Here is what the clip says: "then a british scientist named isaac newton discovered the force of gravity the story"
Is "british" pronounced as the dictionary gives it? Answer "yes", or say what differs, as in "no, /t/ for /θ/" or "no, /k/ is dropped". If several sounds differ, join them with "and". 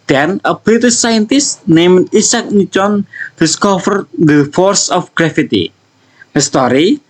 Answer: no, /ɹ/ is dropped